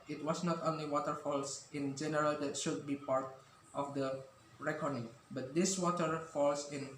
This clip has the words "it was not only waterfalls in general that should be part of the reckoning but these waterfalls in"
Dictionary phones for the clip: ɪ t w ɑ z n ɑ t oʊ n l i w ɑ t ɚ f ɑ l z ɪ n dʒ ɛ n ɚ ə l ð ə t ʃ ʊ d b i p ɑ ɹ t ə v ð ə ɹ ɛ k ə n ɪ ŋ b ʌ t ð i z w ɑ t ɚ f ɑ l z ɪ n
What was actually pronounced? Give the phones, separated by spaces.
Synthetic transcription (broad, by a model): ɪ t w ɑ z n ɑ t oʊ n l i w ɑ t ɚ f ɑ l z ɪ n dʒ ɛ n ɚ ə l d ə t ʃ ʊ d b i p ɑ ɹ t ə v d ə ɹ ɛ k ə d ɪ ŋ b ʌ t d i s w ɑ t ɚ f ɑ l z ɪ n